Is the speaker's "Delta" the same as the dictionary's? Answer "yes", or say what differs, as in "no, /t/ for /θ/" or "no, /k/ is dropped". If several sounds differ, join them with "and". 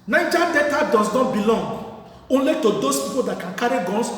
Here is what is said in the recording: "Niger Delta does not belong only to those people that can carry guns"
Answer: no, /l/ is dropped